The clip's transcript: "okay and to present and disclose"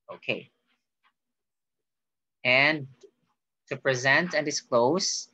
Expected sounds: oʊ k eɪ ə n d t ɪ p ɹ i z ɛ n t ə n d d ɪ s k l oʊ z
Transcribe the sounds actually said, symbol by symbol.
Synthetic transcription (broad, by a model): oʊ k eɪ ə n t ɪ p ɹ i z ɛ n t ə n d d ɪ s k l oʊ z